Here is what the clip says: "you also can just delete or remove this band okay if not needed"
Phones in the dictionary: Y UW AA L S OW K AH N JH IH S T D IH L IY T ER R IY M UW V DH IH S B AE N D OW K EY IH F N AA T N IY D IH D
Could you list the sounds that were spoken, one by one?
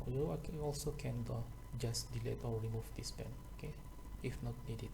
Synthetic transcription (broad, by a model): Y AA AA L S OW K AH N JH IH S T D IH L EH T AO R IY M UW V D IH S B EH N OW K EY IH F N AA T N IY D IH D